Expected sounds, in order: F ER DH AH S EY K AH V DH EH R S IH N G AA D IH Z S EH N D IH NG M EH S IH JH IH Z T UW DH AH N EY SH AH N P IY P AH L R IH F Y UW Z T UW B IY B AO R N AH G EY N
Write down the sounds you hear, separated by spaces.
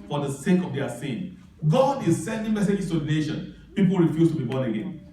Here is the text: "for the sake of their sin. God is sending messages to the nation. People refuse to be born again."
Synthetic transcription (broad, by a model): F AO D AH S EY K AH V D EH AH S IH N G AA D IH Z S EH N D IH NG M EH S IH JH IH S T UW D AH N EY SH AH N P IY P AH L R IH F Y UW S T UW B IY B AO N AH G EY N